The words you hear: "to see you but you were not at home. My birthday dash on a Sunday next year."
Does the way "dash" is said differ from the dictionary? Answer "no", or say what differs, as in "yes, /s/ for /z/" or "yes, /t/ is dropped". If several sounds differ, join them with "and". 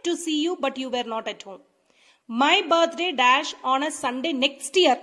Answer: no